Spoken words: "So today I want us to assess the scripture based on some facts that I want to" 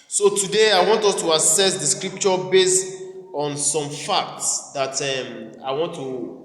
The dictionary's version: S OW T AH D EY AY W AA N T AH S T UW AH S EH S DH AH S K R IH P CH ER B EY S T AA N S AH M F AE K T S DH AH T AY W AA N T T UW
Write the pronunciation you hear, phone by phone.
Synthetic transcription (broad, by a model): S OW T AH D EY AY W AA N T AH S T UW AH S EH S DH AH S K R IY P CH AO B EY S T AA N S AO M F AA K T S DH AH T AY W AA N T T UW